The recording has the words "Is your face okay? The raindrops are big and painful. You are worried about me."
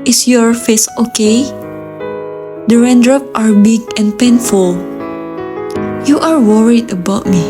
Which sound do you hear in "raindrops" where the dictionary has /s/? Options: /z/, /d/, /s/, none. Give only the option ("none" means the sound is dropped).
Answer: none